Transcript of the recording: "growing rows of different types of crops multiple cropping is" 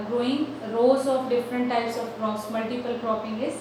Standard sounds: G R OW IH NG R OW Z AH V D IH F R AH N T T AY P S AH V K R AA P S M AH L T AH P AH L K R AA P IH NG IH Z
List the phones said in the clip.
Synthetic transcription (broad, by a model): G R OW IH NG R OW Z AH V D IH F R AH N T T AY P S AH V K R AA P S M AH L T AH P AH L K R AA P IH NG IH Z